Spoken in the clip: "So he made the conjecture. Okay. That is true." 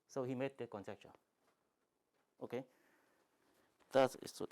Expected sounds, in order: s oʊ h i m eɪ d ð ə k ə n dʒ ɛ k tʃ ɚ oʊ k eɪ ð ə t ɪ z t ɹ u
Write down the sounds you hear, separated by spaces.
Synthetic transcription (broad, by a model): s oʊ h i m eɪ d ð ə k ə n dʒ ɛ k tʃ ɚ oʊ k eɪ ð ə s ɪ s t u